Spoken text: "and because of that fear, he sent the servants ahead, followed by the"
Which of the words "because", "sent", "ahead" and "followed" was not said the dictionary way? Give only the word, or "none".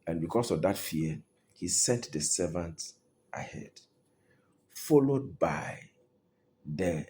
because